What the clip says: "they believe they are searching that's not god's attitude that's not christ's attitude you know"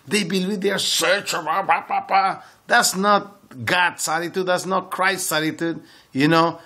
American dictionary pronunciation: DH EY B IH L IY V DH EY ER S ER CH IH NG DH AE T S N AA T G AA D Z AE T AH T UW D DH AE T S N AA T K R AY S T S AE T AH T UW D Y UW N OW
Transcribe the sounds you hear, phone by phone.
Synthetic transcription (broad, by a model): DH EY B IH L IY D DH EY ER S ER CH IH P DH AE T S N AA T G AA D S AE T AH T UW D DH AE T S N AA T K R AY S T S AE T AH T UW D Y UW N OW